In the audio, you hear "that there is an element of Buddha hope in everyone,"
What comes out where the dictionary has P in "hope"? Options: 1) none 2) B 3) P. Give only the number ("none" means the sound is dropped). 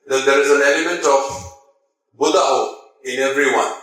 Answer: 1